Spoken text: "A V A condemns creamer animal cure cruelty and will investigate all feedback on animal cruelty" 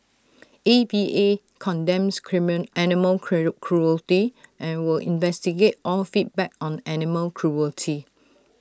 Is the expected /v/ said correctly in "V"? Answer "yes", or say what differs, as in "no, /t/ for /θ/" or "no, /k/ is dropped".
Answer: no, /b/ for /v/